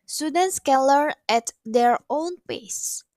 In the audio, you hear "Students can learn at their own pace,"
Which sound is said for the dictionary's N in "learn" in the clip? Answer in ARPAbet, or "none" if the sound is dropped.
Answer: none